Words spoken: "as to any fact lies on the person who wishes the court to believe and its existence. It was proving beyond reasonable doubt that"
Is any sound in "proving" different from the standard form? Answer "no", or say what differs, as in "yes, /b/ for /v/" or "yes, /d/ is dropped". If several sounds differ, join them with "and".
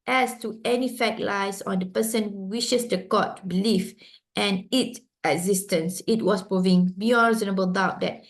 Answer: no